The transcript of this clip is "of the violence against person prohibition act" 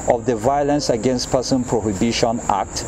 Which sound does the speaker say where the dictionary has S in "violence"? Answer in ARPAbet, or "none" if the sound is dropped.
S